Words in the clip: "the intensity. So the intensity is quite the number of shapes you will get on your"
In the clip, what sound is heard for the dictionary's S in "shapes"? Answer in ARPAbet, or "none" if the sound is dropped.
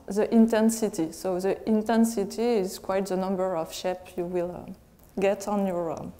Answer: none